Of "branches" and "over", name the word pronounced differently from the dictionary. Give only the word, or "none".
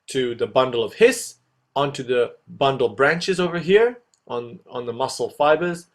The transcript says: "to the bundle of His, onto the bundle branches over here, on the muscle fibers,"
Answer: none